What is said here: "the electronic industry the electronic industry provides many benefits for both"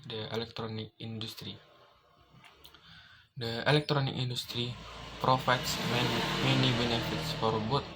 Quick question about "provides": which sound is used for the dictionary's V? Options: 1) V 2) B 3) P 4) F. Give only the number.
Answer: 4